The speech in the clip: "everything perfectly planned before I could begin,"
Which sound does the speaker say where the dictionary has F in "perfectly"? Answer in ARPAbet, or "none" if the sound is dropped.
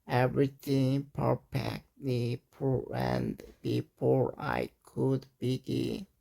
P